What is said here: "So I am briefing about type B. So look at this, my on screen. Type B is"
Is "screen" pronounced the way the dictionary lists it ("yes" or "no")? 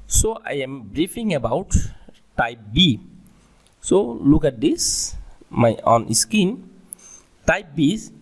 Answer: no